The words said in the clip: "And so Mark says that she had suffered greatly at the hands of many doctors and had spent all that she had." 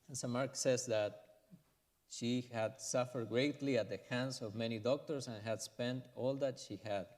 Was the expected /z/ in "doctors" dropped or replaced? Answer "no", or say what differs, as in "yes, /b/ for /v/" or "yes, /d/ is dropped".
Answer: yes, /s/ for /z/